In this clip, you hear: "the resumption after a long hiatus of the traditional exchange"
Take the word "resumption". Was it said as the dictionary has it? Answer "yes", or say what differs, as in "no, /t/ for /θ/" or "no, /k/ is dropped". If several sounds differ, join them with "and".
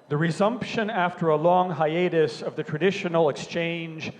yes